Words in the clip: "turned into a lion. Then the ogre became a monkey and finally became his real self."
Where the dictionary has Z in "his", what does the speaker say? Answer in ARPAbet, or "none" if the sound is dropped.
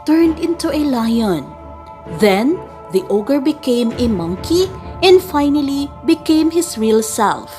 S